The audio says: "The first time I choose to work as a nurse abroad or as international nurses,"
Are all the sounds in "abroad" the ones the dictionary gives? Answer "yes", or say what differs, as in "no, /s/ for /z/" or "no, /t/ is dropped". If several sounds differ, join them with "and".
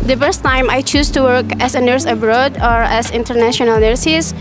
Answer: yes